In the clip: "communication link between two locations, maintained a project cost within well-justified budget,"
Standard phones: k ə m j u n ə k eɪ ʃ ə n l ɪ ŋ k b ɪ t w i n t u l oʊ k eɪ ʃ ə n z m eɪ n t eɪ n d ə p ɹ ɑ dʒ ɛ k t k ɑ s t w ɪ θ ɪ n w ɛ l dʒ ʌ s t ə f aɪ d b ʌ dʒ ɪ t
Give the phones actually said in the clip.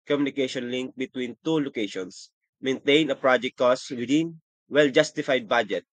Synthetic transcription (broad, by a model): k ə m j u n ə k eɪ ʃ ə n l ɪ ŋ k b ɪ t w i n t u l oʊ k eɪ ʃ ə n s m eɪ n t eɪ n ə p ɹ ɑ dʒ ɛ k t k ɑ s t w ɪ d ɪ n w ɛ l dʒ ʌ s t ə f aɪ d b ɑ dʒ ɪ t